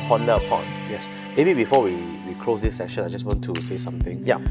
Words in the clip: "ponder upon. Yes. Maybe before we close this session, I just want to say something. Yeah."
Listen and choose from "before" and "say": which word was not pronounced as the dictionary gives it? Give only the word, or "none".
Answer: before